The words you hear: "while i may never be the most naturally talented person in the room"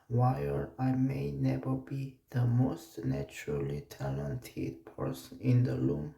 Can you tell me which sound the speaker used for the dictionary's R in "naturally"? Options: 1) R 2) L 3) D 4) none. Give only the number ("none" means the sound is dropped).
1